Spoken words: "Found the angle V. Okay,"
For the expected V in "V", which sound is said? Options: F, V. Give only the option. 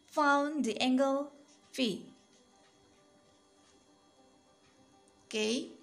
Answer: F